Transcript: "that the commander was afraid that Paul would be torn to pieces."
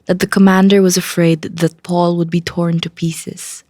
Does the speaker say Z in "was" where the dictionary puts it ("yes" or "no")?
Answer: yes